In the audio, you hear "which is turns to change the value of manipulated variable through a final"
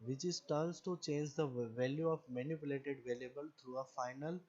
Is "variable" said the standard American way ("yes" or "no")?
no